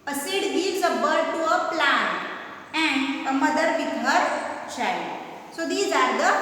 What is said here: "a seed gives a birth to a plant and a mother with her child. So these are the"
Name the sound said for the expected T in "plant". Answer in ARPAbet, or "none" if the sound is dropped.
none